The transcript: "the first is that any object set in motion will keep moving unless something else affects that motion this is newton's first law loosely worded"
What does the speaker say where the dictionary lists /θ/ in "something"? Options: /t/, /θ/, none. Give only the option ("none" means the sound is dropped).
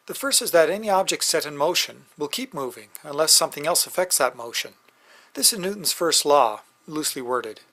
/θ/